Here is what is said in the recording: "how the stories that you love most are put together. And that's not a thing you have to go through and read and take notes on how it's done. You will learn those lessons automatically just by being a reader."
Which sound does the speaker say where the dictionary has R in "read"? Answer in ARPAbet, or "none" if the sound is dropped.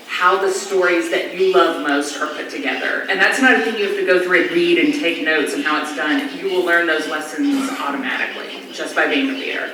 R